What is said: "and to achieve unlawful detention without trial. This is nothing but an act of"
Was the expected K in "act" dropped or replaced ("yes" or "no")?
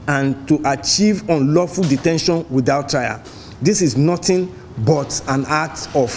yes